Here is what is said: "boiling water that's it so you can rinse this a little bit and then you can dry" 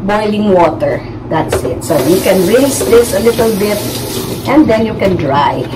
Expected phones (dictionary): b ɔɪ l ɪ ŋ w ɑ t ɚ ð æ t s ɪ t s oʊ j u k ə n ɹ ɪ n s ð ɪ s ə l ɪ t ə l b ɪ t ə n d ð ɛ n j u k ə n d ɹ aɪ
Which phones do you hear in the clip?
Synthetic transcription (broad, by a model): b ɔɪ l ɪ ŋ w ɑ t ɚ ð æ t s ɪ t s oʊ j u k ə n ɹ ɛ s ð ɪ s ə l ɪ t ə l b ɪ t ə n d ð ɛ n j u k ə n d ɹ aɪ